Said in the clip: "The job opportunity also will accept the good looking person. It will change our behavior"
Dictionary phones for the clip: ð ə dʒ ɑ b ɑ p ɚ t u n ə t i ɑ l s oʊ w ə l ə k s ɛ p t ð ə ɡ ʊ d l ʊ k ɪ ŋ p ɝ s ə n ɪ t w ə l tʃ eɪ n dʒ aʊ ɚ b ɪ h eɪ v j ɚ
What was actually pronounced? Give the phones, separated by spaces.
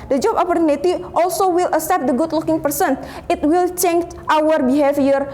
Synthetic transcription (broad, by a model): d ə dʒ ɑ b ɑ p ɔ t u n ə t i ɑ l s oʊ w ə l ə s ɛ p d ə ɡ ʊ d l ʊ k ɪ ŋ p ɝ s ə n ɪ t w ə l tʃ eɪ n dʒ aʊ ɚ b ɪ h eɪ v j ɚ